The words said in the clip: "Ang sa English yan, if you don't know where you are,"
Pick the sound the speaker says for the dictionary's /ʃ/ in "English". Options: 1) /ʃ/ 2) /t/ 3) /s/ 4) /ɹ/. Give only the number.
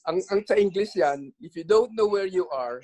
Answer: 3